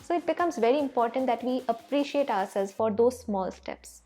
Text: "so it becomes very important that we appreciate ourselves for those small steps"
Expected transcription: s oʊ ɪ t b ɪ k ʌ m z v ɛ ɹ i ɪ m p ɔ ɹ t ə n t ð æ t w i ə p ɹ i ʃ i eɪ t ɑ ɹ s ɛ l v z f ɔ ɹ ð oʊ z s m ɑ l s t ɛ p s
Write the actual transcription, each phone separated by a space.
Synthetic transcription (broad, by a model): s oʊ ɪ t b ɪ k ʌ m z v ɛ ɹ i ɪ m p ɔ ɹ t ə n t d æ t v i ə p ɹ i ʃ i eɪ t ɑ ɹ s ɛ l z f ɔ ɹ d oʊ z s m ɑ l s t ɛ p s